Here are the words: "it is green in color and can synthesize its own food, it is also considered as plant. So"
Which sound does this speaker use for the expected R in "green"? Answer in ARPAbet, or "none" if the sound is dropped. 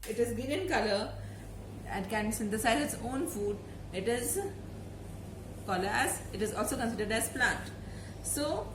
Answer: none